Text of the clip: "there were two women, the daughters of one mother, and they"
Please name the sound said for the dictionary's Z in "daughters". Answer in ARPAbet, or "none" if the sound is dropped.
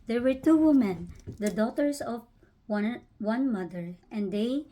S